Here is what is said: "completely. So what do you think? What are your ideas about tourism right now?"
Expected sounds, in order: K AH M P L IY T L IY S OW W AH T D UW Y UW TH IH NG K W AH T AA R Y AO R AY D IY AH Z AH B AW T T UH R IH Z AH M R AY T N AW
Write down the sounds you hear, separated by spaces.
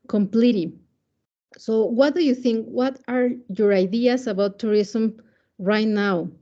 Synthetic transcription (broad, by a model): K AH M P L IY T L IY S OW W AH T D UW Y UW TH IH NG K W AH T AA R Y AO R AY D IY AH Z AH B AW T T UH R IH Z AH M R AY T N AW